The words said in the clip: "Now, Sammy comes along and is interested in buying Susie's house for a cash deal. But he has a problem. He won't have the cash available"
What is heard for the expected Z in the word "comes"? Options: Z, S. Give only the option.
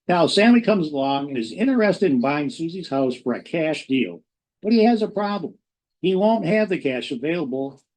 Z